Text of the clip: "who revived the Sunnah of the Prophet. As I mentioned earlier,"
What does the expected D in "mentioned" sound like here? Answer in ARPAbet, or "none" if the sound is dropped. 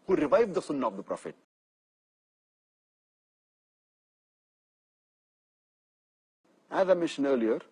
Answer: none